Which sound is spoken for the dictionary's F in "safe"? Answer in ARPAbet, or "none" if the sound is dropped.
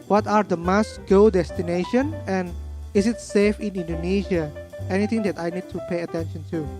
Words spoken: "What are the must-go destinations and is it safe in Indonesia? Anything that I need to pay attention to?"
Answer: F